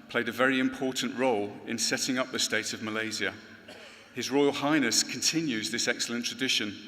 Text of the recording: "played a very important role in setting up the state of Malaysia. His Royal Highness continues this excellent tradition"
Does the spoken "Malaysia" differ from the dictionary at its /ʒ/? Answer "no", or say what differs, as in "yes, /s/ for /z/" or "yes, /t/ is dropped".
yes, /z/ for /ʒ/